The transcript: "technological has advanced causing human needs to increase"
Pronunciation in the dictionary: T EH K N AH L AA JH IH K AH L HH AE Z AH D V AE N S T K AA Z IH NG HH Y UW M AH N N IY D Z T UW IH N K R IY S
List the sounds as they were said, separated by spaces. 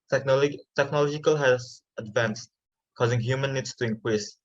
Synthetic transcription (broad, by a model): T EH K N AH L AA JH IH K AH L HH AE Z AH D V AE N S T K AA Z IH NG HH Y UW M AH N N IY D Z T UW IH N K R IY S